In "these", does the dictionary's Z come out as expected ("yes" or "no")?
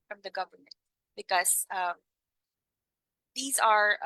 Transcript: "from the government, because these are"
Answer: yes